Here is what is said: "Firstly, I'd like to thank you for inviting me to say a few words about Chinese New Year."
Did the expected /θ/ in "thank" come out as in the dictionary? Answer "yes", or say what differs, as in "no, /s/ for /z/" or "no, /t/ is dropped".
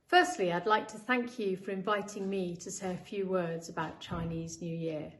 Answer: yes